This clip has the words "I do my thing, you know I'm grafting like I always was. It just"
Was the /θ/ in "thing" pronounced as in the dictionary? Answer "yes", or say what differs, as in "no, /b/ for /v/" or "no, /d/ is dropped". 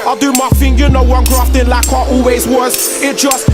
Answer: no, /f/ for /θ/